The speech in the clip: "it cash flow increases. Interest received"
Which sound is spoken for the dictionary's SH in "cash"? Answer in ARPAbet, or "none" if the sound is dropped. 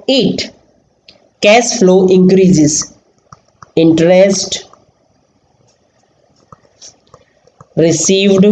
S